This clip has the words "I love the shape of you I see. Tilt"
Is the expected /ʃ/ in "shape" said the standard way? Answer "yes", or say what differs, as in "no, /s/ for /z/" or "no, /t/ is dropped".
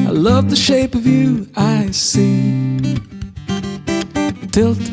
yes